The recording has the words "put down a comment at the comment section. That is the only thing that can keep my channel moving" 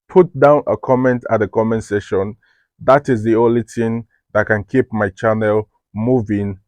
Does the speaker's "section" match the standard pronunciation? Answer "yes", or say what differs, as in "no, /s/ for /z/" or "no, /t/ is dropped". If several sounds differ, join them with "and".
no, /k/ is dropped